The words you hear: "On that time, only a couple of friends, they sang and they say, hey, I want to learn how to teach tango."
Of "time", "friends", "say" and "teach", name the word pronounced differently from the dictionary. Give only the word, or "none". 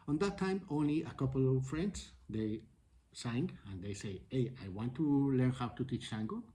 friends